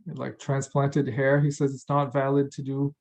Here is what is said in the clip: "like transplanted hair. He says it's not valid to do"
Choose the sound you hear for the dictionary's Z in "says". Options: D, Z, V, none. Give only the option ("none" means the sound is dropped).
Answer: Z